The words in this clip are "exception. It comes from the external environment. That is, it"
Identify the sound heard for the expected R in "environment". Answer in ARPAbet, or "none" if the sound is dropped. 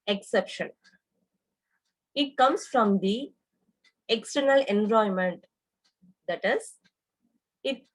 none